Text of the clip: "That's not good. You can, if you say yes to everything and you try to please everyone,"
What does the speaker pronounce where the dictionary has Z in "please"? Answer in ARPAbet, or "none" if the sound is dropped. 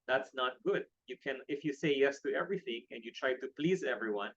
Z